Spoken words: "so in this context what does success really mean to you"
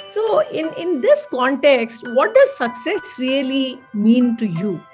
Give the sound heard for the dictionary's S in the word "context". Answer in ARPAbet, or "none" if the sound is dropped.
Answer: S